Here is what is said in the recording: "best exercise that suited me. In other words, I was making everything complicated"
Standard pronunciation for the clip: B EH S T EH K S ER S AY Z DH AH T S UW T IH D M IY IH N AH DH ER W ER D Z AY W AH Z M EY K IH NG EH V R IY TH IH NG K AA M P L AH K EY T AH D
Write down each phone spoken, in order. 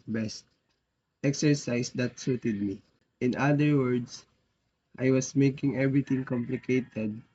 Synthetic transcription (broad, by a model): B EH S T EH K S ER S AY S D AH T S UW T IH D M IY IH N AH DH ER W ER D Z AY W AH S M EY K IH NG EH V R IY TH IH NG K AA M P L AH K EY T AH D